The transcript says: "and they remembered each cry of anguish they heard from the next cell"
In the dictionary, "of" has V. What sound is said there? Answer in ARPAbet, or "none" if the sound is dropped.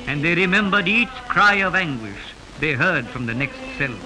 V